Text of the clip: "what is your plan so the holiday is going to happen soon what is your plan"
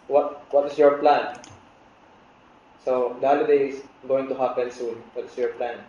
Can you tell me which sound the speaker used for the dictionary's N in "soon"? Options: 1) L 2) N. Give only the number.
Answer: 2